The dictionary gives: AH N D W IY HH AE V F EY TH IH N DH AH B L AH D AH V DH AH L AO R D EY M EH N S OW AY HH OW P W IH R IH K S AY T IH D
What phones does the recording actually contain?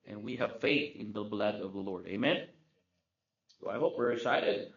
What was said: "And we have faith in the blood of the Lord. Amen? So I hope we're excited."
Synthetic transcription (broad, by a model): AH N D W IY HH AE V F EY TH IH N DH AH B L AH D AH V DH AH L AO R D EY M EH N S OW AY HH OW P W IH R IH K S AY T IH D